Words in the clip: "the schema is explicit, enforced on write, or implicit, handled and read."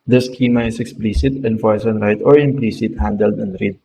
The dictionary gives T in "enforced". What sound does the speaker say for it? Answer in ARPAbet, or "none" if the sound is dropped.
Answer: none